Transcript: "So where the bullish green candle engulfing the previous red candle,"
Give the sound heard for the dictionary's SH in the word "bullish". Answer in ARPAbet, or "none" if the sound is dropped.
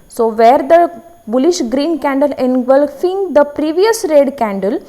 SH